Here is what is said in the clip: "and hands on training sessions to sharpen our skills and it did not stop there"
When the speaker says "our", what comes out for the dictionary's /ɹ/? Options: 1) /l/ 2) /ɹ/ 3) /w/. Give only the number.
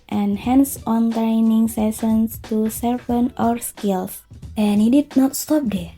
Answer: 2